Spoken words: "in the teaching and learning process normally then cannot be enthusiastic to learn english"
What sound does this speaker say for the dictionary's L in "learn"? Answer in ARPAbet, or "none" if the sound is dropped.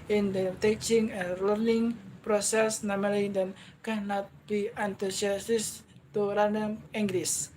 N